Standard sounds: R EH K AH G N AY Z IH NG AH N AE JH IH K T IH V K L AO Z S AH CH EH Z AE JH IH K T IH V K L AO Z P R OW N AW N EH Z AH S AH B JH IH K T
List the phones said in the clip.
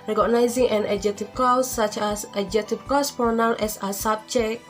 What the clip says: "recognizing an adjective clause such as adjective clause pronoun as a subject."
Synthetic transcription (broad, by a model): R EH K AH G N AY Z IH NG AH N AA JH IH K T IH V K AO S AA CH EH S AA JH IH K T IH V K AO S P OW N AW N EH S AH S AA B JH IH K